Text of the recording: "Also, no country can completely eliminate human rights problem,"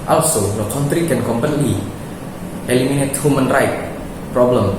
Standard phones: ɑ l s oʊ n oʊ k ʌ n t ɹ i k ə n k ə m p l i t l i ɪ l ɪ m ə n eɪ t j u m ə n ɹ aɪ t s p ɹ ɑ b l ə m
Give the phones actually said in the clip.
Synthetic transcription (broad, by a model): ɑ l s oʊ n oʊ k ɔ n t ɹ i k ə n k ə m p ʌ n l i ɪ l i m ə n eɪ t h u m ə n ɹ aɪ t p ɹ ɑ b l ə m